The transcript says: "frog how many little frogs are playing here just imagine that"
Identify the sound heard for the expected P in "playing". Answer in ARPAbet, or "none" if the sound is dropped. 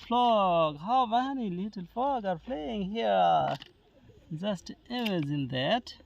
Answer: F